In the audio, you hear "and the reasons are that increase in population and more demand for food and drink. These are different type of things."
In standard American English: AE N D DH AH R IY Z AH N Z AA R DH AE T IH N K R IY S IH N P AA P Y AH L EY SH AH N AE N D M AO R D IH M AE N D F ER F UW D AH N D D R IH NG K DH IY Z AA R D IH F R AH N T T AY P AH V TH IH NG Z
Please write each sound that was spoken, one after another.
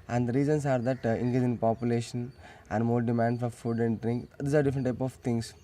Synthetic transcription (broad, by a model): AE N D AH R IY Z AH N S AA R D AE T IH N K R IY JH IH N P AA P Y AH L EY SH AH N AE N D M AO R D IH M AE N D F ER F UW D AH N D D R IH NG K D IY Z AA R D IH F R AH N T T AY P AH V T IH NG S